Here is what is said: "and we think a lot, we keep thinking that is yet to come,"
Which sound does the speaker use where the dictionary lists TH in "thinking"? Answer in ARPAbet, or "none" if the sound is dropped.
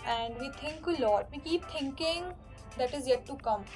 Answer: T